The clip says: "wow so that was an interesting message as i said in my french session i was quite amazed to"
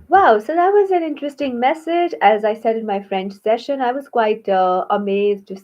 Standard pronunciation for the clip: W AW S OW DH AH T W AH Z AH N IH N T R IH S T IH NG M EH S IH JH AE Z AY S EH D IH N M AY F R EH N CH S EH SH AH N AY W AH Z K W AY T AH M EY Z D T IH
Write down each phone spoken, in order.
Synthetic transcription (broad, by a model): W AW S OW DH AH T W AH Z AH N IH N T R IH S T IH NG M EH S IH JH AE Z AY S EH D IH N M AY F R EH N CH S EH SH AH N AY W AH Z K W AY T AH M EY Z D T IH